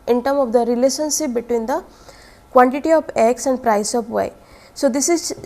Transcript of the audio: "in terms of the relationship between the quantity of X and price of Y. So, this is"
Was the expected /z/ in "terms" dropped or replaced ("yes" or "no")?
yes